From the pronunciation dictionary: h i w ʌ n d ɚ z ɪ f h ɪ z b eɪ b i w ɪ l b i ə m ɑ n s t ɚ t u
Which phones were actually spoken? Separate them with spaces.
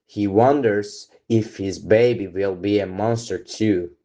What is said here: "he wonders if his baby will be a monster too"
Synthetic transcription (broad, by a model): h i w ʌ n d ɚ z ɪ f h ɪ z b eɪ b i w ɪ l b i ə m ɑ n s t ɚ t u